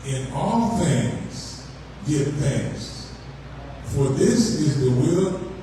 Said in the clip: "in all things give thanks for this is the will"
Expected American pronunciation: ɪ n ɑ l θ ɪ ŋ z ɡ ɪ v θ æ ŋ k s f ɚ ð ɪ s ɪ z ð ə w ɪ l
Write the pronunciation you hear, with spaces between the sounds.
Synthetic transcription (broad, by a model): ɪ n ɑ l θ ɪ ŋ z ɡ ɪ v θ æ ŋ s f ɚ ð ɪ s ɪ z ð ə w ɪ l